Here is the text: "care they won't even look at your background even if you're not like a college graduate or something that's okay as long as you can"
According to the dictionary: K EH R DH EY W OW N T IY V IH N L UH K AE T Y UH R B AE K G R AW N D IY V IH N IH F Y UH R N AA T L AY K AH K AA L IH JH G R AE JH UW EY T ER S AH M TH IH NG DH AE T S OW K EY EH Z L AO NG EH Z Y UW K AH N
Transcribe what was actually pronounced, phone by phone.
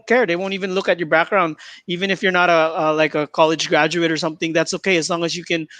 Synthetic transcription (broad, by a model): K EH R DH EY W OW N T IY V IH N L UH K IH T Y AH R B AE K G R AW N D IY V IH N IH F Y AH R N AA T L AY K AH K AA L IH JH G R AE JH UW EY T ER S AH M TH IH NG DH AE T S OW K EY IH Z L AO NG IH Z Y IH K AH N